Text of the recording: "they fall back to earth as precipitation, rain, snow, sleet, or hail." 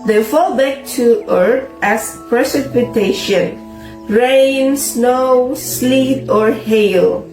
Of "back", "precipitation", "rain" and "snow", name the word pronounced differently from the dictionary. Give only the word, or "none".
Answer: none